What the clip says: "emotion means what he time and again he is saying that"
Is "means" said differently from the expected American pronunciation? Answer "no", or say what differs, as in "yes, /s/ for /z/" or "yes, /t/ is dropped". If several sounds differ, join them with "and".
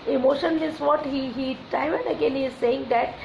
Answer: yes, /n/ is dropped